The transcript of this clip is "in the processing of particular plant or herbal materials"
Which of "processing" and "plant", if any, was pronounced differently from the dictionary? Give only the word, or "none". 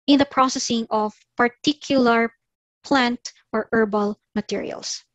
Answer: none